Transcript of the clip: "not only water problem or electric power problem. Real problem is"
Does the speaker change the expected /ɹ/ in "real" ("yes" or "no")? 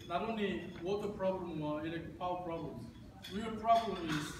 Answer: yes